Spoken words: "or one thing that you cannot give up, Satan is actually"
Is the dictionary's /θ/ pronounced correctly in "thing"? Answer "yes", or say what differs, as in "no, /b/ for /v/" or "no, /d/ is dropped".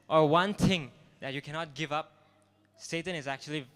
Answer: no, /t/ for /θ/